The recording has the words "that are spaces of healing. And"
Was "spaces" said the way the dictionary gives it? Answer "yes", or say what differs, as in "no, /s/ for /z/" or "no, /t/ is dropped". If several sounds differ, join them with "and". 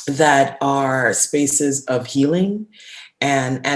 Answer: yes